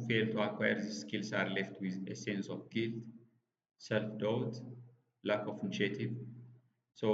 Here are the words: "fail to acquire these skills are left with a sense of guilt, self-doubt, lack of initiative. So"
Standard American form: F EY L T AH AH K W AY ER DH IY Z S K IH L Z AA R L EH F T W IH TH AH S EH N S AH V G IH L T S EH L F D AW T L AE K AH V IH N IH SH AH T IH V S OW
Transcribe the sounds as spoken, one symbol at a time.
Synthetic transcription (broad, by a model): F EY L T AH AH K W AY ER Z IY S K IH L S AA R L EH F T W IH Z AH S EH N S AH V G IH L T S EH L F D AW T L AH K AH F IH N IH SH AH T IH V S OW